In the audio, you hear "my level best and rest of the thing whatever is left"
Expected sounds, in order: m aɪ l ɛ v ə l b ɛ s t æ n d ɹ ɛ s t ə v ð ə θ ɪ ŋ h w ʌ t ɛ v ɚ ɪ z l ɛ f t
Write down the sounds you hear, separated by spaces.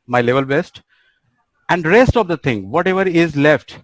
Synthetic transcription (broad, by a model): m aɪ l ɛ v ə l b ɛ s t æ n d ɹ ɛ s t ə v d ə t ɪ ŋ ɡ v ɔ t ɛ v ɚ ɪ z l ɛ f t